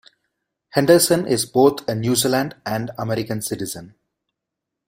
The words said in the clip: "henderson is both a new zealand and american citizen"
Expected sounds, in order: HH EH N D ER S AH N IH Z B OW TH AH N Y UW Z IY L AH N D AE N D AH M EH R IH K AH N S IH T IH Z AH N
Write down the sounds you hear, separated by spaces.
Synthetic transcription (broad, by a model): HH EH N D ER S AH N IH Z B OW T AH N Y UW Z IY L AH N D AE N D AH M EH R IH K AH N S IH T IH Z AH N